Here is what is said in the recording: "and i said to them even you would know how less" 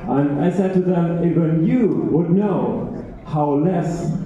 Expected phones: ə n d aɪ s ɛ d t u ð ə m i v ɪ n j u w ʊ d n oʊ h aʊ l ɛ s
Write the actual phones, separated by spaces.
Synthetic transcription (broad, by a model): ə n aɪ s ɛ d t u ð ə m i b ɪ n j u w ʊ d n oʊ h aʊ l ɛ s